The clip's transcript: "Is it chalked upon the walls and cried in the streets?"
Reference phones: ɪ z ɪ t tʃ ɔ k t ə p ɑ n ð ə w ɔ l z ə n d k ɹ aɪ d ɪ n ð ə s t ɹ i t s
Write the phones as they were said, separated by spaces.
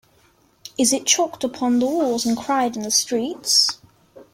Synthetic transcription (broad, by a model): ɪ z ɪ t tʃ ɔ k t ə p ɑ n ð ə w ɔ z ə n k ɹ aɪ d ɪ n ð ə s t ɹ i t s